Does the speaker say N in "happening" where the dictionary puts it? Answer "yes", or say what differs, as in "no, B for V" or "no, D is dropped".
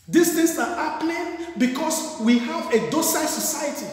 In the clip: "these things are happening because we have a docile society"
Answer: no, L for N